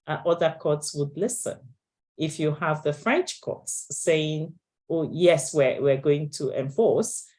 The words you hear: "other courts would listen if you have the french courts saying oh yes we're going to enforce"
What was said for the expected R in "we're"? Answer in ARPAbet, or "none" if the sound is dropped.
W